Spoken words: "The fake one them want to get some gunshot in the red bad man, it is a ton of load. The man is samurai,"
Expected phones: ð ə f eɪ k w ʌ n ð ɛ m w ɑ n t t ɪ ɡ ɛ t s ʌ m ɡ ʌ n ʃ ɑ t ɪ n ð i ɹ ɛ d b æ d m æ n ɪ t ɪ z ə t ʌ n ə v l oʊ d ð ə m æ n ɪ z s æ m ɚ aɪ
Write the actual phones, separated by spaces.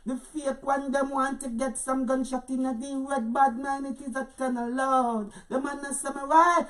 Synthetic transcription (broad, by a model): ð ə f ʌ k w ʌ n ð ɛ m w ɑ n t t ɪ ɡ ɛ t s ʌ m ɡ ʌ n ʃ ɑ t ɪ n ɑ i w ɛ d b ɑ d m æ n ɪ t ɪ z ə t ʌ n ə l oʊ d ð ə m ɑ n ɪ s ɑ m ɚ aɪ